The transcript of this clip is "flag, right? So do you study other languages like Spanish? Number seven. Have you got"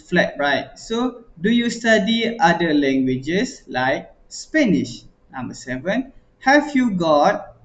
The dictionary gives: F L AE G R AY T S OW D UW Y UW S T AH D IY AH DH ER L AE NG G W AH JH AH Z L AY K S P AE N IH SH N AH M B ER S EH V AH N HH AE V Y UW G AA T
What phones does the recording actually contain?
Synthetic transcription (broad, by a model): F L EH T R AY T S OW D UW Y UW S T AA D IY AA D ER L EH NG G W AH JH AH S L AY K S P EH N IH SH N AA M B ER S EH V AH N HH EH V Y UW G AA T